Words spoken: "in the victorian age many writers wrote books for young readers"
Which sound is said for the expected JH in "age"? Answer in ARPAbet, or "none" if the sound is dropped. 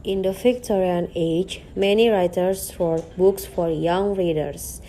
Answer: JH